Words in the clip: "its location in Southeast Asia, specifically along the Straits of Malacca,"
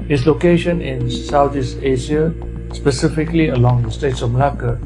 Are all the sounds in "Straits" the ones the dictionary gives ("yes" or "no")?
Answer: no